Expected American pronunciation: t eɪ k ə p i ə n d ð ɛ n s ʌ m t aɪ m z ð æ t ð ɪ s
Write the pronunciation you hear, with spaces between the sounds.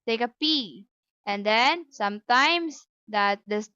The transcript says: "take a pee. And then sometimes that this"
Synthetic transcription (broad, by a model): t eɪ k ə p i ə n d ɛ n s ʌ m t aɪ m s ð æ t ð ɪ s